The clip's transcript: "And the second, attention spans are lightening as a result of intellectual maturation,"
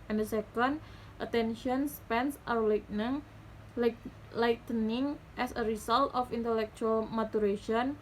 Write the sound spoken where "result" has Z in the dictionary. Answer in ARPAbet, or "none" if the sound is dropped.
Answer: S